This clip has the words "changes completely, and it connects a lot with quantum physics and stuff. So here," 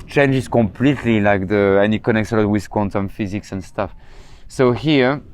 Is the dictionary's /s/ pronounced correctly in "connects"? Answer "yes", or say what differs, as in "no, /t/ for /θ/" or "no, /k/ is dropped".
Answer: yes